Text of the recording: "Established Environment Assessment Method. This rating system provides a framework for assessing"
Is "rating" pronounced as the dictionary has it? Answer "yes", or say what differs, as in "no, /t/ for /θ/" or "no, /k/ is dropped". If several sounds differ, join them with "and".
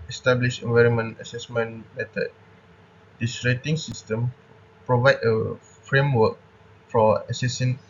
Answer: yes